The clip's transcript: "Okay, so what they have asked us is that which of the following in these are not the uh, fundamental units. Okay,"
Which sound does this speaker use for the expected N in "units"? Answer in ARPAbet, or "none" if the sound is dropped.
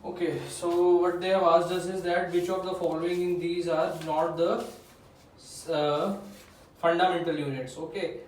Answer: N